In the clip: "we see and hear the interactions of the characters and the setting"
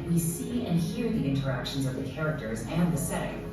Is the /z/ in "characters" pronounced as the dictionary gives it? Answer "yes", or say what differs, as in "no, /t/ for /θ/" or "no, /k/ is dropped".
yes